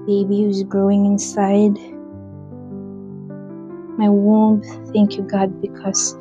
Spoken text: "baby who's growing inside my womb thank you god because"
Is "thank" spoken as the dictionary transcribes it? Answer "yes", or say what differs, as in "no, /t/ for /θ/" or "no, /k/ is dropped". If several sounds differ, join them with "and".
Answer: yes